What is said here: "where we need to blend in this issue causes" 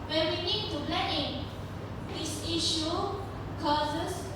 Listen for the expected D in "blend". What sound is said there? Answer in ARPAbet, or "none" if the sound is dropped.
none